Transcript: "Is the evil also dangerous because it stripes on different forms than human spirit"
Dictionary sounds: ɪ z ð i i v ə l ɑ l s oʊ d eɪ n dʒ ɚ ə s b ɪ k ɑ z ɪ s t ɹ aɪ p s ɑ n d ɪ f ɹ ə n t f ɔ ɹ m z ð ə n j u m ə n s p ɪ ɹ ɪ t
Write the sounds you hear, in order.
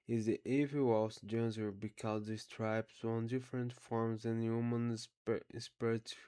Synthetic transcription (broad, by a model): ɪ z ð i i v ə w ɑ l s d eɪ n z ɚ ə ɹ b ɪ k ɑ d ɪ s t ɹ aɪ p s ɑ n d ɪ f ɹ ə n t f ɔ ɹ m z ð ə n j u m ə n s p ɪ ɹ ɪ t